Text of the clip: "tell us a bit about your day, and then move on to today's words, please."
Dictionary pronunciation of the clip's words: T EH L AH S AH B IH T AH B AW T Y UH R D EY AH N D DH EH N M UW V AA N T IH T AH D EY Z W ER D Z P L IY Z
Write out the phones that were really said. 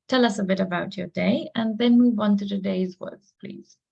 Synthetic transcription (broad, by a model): T EH L AH S AH B IH T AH B AW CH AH R D EY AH N DH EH N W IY W AA N T IH T AH D EY Z W ER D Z P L IY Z